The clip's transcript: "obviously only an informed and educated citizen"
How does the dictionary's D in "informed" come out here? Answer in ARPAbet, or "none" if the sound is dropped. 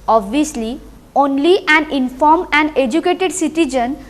none